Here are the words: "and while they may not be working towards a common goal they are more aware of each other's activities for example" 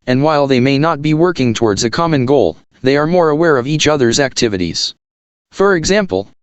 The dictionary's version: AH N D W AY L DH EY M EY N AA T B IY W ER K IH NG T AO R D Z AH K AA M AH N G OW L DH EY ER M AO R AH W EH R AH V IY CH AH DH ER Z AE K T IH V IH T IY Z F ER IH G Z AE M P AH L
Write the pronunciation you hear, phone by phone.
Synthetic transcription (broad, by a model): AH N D W AY L DH EY M EY N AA T B IY W ER K IH NG T AO R D Z AH K AA M AH N G OW L DH EY ER M AO R AH W EH R AH V IY CH AH DH ER Z AE K T IH V IH T IY Z F ER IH G Z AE M P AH L